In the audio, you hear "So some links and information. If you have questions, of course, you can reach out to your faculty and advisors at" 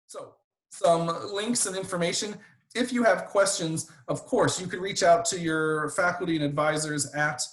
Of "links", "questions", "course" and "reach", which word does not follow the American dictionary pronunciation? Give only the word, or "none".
none